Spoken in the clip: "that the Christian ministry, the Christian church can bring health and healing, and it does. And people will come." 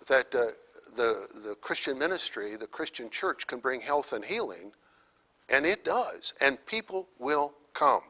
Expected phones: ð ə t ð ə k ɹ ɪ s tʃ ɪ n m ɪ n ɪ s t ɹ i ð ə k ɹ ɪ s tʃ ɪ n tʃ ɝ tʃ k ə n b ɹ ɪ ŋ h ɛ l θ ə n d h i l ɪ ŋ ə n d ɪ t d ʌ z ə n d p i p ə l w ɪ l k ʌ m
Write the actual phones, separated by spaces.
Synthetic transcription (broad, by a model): ð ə t ð ə k ɹ ɪ s tʃ ɪ n m ɪ n ɪ s t ɹ i ð ə k ɹ ɪ s tʃ ɪ n tʃ ɝ tʃ k ə n b ɹ ɪ ŋ h ɛ l θ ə n h i l ɪ ŋ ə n ɪ t d ʌ z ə n p i p l w ɪ l k ʌ m